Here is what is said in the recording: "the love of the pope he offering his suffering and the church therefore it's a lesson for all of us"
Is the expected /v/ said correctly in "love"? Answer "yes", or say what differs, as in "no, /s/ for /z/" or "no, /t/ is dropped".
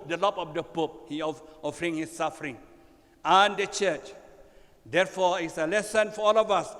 no, /p/ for /v/